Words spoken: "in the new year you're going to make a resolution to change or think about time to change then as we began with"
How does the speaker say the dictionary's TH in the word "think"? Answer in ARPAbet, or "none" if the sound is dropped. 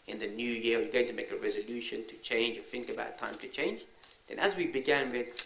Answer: TH